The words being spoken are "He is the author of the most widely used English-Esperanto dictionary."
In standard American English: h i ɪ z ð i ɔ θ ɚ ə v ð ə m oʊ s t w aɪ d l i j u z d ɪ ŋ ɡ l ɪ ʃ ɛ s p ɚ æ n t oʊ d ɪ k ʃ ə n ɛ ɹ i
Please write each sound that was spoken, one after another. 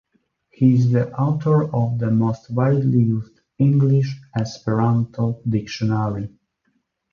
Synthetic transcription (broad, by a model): h i ɪ z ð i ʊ t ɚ ə v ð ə m oʊ s t w aɪ d l i j u z d ɪ ŋ ɡ l ɪ ʃ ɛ s p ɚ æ n t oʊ d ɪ k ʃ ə n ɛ ɹ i